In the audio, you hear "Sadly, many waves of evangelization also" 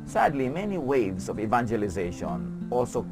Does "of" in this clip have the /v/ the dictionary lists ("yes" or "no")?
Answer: yes